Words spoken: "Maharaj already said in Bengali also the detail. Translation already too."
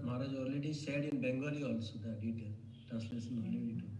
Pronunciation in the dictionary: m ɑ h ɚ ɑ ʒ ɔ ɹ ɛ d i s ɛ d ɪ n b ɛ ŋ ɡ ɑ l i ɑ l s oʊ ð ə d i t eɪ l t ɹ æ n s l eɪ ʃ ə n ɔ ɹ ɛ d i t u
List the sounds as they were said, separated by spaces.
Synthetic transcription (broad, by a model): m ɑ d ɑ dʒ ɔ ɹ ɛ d i s ɛ d ɪ n b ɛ ŋ ɡ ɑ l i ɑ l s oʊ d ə d i t eɪ l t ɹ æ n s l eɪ s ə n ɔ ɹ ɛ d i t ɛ